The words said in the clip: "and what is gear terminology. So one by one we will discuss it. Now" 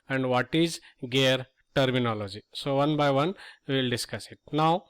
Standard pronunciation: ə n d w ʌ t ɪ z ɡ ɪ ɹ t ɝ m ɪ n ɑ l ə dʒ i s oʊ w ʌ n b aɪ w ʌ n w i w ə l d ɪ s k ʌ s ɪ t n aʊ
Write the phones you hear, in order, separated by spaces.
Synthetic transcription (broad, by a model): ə n d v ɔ t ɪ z ɡ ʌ ɹ t ɝ m ɪ n ɑ l ə dʒ i s oʊ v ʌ n b aɪ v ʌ n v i l d ɪ s k ʌ s ɪ t n aʊ